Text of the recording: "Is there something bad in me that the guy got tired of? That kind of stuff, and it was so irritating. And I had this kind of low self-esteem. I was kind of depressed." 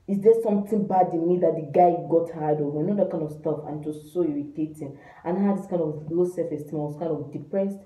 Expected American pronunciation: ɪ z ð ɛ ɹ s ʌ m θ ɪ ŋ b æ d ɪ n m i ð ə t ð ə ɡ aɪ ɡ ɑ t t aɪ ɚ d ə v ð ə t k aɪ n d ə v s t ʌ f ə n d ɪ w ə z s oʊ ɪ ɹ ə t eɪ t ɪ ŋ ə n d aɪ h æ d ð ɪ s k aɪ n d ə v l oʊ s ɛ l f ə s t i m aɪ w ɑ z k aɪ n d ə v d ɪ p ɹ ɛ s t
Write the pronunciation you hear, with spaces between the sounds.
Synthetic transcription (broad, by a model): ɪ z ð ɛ s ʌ m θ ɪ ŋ b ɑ d ɪ n m i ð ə t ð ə ɡ aɪ ɡ ɑ t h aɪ d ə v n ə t k aɪ n d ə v s t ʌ f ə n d ɪ s oʊ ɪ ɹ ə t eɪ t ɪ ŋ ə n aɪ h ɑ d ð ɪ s k aɪ n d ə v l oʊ s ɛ f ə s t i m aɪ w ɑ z k aɪ n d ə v d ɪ p ɹ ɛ s t